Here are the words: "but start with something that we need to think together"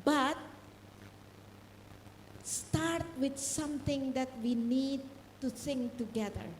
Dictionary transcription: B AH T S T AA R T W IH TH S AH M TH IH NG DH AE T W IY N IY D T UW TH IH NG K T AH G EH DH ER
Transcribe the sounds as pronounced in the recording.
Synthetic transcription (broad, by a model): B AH T S T AA R T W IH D S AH M T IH NG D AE T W IY N IY D T UW S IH NG T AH G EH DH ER